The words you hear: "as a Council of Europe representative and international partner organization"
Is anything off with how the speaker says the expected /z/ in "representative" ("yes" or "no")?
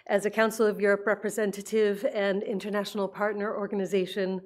no